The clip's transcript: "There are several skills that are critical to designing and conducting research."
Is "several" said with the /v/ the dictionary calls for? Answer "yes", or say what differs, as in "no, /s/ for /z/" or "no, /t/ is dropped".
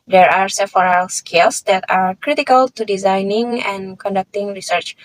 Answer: no, /f/ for /v/